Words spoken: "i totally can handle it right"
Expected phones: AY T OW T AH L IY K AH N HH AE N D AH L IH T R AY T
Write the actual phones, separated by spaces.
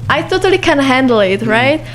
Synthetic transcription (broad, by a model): AY T OW T AH L IY K AH N HH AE N D L IH T R AY T